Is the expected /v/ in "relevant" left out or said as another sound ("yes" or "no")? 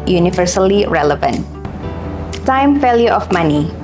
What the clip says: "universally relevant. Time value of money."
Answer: no